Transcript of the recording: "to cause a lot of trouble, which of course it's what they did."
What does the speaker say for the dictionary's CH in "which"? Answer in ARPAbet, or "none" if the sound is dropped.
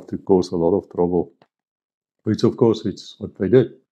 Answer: S